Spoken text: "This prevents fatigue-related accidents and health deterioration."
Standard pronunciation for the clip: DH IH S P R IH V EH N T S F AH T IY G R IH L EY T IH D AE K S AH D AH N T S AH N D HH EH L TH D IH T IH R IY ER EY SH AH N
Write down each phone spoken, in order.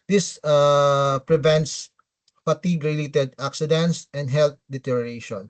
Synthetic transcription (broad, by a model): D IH S P R IH V EH N T S P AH T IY G R IH L EY T IH D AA K S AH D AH N T S AH N D HH EH L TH D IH T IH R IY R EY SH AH N